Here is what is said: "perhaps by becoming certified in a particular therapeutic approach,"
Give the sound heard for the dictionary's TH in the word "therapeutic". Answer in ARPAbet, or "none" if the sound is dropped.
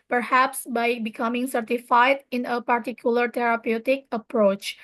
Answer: T